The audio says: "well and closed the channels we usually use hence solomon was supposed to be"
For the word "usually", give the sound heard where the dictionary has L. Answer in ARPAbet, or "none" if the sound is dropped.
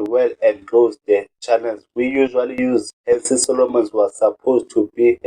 L